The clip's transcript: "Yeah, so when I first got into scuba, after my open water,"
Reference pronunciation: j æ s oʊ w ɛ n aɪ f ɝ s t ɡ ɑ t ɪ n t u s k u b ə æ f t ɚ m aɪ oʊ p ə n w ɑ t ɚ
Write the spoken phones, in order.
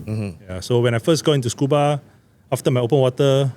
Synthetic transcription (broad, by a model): j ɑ s oʊ w ɛ n aɪ f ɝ s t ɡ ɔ ɪ n t u s k u b ə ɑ f t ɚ m aɪ oʊ p ə n w ɑ t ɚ